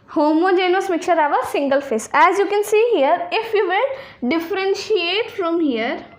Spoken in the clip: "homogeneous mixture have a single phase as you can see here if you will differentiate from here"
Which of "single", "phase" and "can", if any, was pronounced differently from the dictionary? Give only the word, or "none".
phase